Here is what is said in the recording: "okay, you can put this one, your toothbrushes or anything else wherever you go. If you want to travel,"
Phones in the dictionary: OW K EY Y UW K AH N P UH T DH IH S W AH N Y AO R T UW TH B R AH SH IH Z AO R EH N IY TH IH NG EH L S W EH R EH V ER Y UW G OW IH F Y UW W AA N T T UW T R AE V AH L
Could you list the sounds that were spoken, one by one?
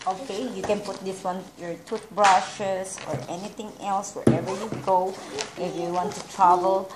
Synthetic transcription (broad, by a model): OW K EY Y UW K AH N P UH T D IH S W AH N Y AO R T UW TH B R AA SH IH S AO R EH N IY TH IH NG EH L S W EH R EH V ER Y UW G OW IH F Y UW W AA N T T UW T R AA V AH L